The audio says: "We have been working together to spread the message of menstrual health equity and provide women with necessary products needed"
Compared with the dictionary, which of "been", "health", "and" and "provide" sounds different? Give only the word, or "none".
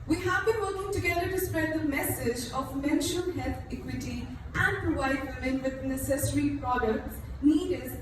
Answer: health